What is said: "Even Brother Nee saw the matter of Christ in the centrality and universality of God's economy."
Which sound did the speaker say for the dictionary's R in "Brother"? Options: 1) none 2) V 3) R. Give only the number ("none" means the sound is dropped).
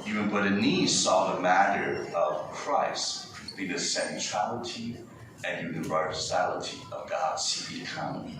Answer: 1